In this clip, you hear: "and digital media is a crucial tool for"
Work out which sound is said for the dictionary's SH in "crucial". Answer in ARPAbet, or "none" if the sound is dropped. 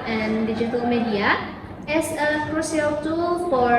S